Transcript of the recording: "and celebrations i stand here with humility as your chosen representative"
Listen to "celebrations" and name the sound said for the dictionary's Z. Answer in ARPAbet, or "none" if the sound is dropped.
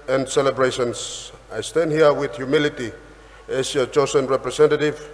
S